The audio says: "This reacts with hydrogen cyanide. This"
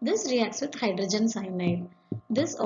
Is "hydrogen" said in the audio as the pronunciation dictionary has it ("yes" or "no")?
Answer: yes